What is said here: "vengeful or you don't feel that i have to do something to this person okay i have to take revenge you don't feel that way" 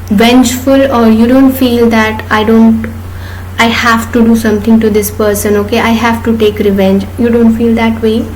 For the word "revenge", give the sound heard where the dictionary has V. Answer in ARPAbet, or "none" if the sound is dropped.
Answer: V